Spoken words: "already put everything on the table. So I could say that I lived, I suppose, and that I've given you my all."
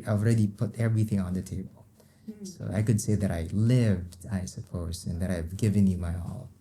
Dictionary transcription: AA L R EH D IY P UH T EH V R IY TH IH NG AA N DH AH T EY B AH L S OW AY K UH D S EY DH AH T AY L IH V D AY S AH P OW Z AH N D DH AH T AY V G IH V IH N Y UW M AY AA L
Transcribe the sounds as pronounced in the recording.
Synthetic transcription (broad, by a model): AA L R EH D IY P UH T EH V R IY TH IH NG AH N DH AH T EY B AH L S OW AY K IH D S EY DH AH T AY L IH V D AY S AH P OW Z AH N DH AH T AY V G IH V IH N Y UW M AY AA L